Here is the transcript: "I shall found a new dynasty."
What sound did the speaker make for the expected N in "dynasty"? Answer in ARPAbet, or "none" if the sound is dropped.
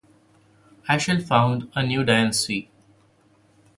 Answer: none